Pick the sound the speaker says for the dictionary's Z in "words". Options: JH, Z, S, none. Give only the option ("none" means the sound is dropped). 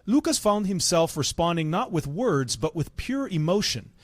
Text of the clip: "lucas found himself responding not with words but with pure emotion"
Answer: Z